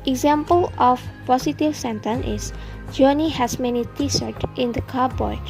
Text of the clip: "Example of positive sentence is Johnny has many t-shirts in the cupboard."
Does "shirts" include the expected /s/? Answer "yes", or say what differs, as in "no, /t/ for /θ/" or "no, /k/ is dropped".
no, /s/ is dropped